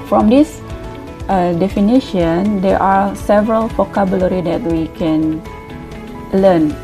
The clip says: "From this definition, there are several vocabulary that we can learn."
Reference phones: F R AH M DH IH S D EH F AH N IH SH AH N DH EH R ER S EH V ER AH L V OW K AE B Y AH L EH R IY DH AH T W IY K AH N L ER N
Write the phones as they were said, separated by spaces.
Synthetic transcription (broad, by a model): F R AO M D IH S D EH F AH N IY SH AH N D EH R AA S EH V ER AH L F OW K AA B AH L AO R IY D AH T W IY K AH N L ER N